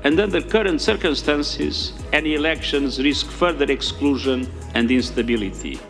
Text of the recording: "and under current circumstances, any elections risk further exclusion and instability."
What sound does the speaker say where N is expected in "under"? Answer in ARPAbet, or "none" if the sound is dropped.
N